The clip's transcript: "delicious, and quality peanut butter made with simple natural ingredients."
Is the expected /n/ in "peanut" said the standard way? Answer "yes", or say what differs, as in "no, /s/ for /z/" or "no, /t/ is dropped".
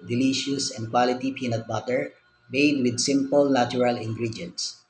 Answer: yes